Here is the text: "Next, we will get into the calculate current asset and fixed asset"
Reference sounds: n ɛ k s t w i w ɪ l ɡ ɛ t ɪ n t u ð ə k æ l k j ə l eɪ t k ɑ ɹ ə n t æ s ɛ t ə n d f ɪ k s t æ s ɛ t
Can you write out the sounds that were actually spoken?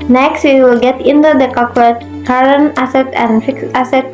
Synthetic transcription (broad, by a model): n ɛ k s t w i w ɪ l ɡ ɛ t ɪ n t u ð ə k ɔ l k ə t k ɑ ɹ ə n æ s ɛ t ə n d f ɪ k s æ s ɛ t